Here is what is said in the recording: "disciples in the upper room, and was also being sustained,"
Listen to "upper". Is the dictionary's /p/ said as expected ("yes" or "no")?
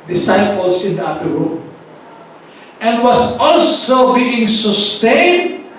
no